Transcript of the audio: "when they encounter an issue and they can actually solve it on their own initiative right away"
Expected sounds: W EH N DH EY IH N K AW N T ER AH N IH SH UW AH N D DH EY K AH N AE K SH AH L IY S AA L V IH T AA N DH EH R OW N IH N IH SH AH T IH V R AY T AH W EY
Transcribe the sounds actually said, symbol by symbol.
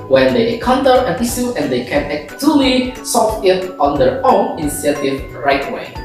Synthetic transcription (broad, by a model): W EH N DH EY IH K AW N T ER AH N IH S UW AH N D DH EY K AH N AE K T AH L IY S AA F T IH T AA N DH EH R OW N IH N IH S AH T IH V R AY T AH W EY